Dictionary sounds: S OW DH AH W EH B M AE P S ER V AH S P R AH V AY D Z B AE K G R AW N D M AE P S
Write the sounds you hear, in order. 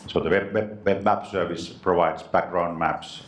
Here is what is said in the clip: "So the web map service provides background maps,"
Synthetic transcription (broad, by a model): S OW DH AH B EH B M AE P S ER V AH S P R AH V AY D S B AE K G R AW N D M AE P S